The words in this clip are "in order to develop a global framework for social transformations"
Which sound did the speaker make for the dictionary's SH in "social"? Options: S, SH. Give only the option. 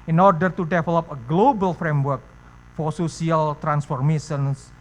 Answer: S